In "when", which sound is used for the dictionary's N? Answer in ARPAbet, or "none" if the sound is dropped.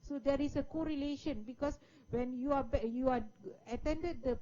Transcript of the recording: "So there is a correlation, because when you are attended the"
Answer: N